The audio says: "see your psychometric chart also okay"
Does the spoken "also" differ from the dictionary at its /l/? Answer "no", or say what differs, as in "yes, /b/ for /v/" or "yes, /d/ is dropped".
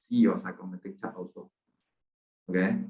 yes, /l/ is dropped